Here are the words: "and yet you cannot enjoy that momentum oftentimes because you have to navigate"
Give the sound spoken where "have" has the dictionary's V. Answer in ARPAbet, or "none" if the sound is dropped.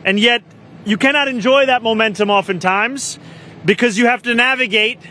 F